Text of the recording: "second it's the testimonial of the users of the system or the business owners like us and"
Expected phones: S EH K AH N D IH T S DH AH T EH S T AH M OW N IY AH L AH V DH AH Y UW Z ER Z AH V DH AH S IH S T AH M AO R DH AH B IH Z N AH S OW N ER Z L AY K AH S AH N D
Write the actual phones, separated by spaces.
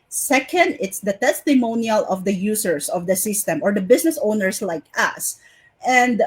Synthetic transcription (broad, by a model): S EH K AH N D IH T S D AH T EH S T AH M OW N IY AH L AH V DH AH Y UW S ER S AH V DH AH S IH S T AH M AO R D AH B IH S N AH S OW N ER S L AY K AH S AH N D